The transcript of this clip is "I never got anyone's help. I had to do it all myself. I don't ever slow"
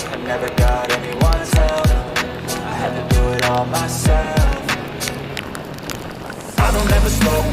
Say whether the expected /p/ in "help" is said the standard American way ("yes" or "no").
no